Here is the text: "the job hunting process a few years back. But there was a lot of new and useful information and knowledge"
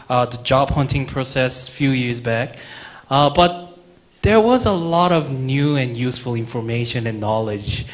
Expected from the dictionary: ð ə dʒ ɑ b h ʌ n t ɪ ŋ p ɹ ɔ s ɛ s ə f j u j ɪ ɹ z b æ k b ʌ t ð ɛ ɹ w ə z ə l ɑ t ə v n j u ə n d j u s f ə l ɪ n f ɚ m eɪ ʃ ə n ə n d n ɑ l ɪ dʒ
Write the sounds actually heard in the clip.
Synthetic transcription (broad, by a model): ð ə dʒ ɑ b h ʌ n t ɪ ŋ p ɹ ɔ s ɛ s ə f j u j ɪ ɹ z b æ k b ʌ t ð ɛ ɹ w ə z ə l ɑ t ə v n j u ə n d j u s f ə l ɪ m f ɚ m eɪ ʃ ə n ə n n ɑ l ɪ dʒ